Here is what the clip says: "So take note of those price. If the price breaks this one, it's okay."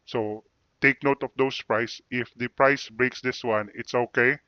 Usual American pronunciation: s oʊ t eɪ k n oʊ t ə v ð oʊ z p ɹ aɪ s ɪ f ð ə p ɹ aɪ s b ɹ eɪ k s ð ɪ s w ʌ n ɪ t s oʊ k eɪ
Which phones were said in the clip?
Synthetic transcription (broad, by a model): s oʊ t eɪ k n oʊ t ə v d oʊ s p ɹ aɪ s ɪ f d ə p ɹ aɪ s b ɹ eɪ k s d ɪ s w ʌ n ɪ t s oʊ k eɪ